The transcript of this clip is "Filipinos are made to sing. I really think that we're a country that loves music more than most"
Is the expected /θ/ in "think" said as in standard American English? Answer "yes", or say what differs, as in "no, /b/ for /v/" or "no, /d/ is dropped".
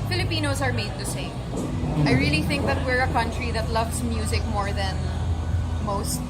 yes